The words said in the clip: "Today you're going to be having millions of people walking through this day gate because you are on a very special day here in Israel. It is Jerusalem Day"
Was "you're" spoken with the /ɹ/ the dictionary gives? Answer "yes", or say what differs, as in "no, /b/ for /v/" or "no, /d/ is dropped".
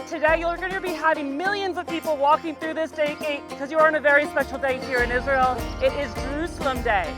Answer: no, /l/ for /ɹ/